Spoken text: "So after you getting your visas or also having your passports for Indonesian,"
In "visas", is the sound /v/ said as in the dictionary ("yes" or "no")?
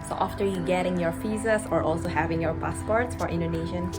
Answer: no